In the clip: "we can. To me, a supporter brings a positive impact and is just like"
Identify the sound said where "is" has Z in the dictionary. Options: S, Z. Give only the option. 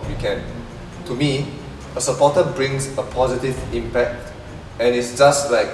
S